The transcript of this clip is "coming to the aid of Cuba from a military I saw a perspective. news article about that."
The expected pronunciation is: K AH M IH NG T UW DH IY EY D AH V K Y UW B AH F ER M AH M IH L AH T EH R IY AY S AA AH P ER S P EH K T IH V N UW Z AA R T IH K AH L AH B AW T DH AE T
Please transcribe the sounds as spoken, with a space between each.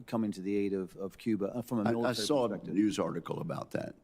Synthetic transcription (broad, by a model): K AH M IH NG T UW DH IY EY D AH V K Y UW B AH F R AH M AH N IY AY S AA AH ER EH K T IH N UW Z AA R T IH K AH L AH B AW T DH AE T